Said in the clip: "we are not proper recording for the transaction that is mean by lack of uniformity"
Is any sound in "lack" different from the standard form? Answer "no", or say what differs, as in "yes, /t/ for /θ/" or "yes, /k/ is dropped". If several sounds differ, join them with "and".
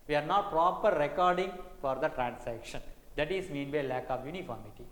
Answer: no